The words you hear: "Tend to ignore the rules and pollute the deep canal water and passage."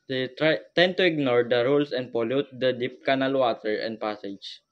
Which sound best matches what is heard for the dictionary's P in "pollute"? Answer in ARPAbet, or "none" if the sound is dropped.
P